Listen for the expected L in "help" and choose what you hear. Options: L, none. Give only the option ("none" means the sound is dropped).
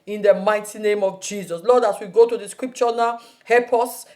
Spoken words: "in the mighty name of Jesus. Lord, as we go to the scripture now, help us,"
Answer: none